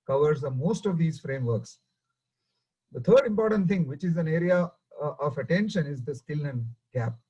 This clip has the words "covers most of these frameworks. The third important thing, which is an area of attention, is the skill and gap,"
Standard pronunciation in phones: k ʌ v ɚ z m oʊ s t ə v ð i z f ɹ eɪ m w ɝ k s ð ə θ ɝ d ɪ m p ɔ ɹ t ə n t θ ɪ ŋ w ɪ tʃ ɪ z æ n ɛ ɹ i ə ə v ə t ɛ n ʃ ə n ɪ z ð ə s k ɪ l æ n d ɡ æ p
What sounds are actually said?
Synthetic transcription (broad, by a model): k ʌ v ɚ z m oʊ s t ə v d i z f ɹ eɪ m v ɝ k s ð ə t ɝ d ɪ m p ɔ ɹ t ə n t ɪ ŋ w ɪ tʃ ɪ z æ n ɛ ɹ i ə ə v ə t ɛ n ʃ ə n ɪ z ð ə s k ɪ l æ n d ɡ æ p